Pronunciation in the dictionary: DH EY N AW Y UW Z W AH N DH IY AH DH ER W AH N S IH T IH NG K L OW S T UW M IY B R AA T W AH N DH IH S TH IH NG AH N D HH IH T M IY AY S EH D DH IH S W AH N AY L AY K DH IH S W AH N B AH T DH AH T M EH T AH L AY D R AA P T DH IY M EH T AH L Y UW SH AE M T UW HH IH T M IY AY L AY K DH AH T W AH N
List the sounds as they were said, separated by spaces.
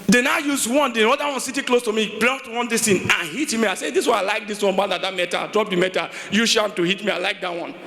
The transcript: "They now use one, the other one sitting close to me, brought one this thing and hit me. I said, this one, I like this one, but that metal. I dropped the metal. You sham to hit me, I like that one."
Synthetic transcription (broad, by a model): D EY N AW Y UW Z W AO N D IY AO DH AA W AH N S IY T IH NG K L OW S T UW M IY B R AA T W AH N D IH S T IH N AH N HH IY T M IY AY S EH D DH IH S W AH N AY L AY K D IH S W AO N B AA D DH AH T M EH T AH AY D R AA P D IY M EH T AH Y UW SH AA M T UW HH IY T M IY AY L AY K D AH T W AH N